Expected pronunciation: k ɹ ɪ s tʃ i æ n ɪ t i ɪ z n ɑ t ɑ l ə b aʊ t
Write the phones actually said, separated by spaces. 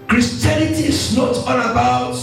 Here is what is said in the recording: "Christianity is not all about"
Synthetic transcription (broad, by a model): k ɹ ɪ s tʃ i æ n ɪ t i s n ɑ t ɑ n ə b aʊ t